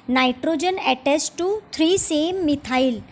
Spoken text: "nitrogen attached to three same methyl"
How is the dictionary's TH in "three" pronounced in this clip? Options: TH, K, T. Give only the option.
T